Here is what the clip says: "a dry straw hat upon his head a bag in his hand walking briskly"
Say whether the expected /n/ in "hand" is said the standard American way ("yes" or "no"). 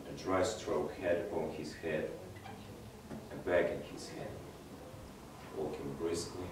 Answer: no